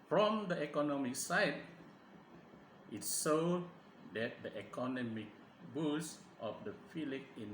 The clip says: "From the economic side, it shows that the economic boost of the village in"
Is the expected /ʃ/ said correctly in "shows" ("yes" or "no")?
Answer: no